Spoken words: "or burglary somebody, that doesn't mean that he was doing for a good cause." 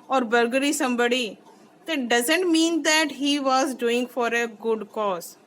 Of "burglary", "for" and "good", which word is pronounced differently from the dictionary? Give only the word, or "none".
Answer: burglary